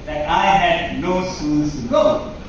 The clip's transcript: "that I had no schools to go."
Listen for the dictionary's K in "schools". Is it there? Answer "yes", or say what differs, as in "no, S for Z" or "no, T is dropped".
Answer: no, K is dropped